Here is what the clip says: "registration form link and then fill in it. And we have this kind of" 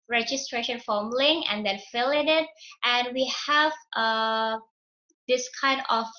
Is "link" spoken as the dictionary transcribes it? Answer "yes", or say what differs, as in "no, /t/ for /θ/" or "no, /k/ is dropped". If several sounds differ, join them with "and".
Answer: no, /k/ is dropped